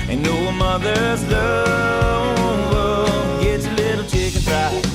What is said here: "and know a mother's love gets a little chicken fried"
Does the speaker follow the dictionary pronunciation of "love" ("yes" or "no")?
no